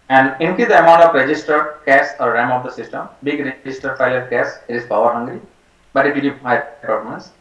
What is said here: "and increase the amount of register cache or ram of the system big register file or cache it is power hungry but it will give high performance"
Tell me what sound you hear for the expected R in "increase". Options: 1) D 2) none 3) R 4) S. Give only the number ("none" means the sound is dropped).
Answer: 2